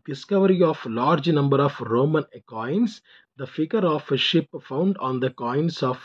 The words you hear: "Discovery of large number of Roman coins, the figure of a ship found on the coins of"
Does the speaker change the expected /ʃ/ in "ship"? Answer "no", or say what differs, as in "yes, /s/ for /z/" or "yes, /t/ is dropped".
no